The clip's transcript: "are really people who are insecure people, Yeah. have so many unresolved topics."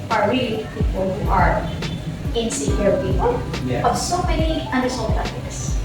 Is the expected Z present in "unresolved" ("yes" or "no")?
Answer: no